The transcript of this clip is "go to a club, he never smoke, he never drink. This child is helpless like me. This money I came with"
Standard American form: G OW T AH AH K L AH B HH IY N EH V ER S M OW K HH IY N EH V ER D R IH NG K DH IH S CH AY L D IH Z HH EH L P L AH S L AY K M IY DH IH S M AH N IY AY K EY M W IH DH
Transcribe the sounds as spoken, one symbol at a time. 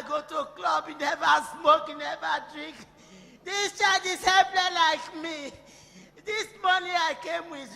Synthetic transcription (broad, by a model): G OW T AH K L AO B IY N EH V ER S M OW K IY N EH V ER D R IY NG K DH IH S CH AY D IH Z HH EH P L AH L AY K M IY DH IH S M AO N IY AY K EY M W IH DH